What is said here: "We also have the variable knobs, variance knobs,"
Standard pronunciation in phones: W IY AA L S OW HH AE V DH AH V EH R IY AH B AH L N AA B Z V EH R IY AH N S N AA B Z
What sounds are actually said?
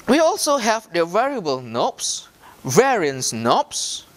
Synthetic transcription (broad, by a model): W IY AA L S OW HH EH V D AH V EH R IY AH B AH L N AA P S V EH R IY AH N S N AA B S